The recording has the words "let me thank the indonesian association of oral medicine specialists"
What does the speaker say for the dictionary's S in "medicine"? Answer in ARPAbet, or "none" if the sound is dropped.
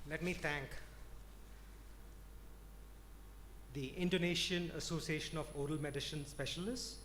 SH